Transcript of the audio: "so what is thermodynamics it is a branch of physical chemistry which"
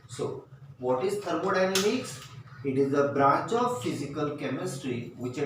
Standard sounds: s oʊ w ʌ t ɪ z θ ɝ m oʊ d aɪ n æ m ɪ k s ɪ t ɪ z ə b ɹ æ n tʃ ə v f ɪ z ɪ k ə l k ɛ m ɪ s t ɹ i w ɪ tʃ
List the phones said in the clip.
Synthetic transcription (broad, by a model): s oʊ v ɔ t ɪ z t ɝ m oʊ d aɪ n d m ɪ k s ɪ t ɪ z ə b ɹ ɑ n tʃ ə v f ɪ z ɪ k ə l k ɛ m ɪ s t ɹ i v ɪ tʃ